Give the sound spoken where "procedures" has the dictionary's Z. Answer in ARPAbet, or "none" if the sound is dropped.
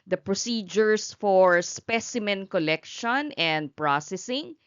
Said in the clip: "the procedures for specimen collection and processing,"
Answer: S